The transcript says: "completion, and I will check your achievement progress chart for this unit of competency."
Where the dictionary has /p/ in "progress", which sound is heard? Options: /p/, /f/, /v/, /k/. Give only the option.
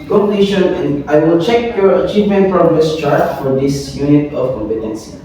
/f/